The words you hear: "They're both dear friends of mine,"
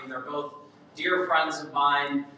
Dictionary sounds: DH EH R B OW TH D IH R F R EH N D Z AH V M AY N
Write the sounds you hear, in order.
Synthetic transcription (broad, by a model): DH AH R B OW TH D IH R F R EH N D Z AH V M AY N